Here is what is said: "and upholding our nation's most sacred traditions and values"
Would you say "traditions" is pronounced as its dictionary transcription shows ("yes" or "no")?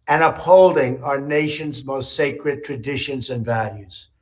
yes